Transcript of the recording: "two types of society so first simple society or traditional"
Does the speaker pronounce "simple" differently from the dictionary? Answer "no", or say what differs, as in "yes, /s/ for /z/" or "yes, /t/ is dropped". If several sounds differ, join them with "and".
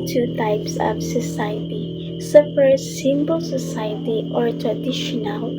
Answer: yes, /b/ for /p/